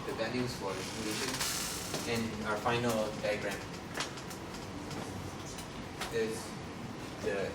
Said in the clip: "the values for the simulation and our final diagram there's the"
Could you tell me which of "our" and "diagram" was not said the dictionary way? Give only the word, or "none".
none